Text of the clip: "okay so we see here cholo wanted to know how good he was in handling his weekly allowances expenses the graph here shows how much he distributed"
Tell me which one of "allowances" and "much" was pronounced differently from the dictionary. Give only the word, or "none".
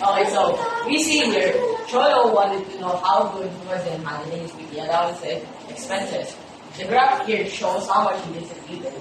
allowances